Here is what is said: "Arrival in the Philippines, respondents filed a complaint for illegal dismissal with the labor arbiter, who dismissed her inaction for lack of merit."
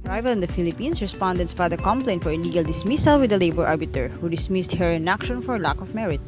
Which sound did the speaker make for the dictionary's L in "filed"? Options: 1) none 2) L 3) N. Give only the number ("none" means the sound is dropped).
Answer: 1